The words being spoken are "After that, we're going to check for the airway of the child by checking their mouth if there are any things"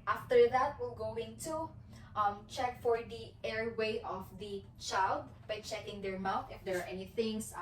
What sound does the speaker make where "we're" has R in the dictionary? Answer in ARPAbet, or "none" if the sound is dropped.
L